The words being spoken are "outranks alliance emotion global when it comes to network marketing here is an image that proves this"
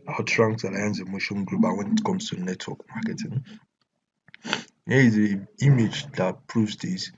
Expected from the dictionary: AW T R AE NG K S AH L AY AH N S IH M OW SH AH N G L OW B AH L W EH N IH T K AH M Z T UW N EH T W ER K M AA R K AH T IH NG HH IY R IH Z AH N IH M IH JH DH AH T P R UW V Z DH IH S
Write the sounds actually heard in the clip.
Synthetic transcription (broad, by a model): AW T R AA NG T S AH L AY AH N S IH M OW SH AH N G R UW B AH W EH N IH T K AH M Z T UW N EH T W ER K M AA K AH T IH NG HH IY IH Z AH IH M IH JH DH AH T P R UW V Z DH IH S